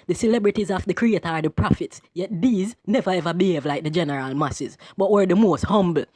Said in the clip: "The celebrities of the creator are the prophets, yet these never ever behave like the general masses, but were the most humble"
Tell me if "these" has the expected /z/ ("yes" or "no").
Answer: yes